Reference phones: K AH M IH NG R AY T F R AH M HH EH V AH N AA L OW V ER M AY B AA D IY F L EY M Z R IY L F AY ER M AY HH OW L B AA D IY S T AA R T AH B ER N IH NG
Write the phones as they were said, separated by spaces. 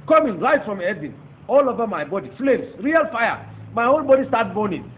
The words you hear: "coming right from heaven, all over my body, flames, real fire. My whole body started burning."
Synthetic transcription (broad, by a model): K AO M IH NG L AY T F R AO M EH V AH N AA L OW V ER M AY B AA D IY F L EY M S R IY L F AY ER M AY HH OW L B AA D IY S T AA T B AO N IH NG